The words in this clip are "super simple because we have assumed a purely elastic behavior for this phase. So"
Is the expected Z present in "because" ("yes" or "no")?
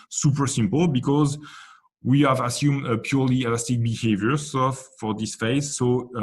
yes